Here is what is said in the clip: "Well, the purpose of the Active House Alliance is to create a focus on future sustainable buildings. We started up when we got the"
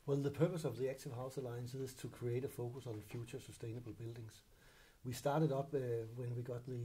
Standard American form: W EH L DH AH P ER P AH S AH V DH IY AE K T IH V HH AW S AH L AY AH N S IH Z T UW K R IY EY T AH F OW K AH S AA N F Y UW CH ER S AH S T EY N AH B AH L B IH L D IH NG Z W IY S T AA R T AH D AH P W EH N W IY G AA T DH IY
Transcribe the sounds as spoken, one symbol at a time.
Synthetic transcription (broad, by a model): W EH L DH AH P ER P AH S AH V DH IY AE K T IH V HH AW S AH L AY AH N S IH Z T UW K R IY EY T AH F OW K AH S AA N F Y UW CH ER S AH S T EY N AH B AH L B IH L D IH NG S W IY S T AA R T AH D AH B W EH N W IY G AA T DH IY